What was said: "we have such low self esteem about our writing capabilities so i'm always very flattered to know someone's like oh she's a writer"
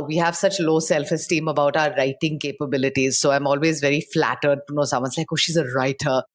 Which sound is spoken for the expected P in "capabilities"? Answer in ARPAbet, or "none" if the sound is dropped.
P